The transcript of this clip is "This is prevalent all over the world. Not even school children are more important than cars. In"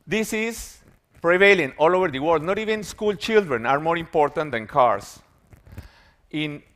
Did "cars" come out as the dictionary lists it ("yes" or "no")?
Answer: no